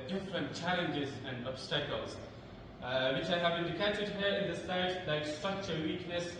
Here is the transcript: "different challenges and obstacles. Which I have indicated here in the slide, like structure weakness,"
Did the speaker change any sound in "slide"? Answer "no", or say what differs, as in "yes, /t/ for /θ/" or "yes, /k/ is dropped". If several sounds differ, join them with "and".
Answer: yes, /l/ is dropped